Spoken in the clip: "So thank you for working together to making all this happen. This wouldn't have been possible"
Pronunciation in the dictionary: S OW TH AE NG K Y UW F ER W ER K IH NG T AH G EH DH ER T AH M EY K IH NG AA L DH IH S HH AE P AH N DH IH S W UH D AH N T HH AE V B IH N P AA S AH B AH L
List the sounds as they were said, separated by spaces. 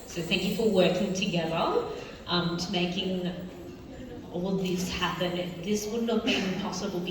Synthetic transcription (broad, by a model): S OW TH AE NG K Y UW F ER W ER K IH NG T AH G EH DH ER T AH M EY K IH NG AA L DH IH S HH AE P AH N DH IH S W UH D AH T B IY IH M P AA S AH B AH L